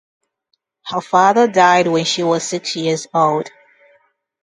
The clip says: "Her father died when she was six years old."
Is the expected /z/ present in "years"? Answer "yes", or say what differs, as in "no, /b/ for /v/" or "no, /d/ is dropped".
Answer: yes